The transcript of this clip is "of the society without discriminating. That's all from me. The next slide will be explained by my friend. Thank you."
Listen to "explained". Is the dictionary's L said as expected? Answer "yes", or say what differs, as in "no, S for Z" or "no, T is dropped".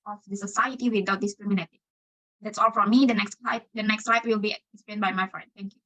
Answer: no, L is dropped